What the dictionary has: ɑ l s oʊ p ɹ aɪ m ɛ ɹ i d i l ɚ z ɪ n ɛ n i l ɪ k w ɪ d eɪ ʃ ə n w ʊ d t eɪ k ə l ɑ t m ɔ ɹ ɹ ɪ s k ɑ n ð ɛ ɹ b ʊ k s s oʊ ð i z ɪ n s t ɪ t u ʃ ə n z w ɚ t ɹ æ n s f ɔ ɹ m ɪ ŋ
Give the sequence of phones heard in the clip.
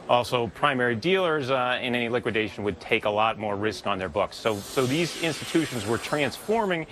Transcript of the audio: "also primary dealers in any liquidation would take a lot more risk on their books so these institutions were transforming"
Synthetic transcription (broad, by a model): ɑ l s oʊ p ɹ aɪ m ɛ ɹ i d i l ɚ z ɪ n ɛ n i l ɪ k w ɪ d eɪ ʃ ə n w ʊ d t eɪ k ə l ɑ t m ɔ ɹ ɹ ɪ s k n ð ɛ ɹ b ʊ k s s oʊ ð i z ɪ n s t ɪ t u ʃ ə n z w ɚ t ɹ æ n s f ɔ ɹ m ɪ ŋ